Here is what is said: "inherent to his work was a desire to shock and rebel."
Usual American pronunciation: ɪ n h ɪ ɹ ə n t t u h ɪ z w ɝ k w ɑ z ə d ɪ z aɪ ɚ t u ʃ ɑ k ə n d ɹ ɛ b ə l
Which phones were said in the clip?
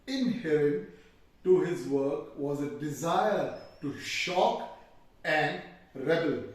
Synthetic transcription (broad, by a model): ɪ n h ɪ ɹ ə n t t u h ɪ z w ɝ k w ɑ z ə d ɪ z aɪ ɚ t u ʃ ɑ k ə n d ɹ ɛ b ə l